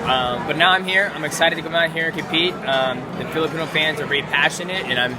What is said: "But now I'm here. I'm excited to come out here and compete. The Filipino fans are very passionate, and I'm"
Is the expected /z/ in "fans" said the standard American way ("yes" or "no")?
yes